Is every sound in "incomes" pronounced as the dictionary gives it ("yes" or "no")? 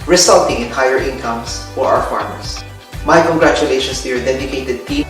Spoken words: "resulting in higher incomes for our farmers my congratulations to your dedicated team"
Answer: no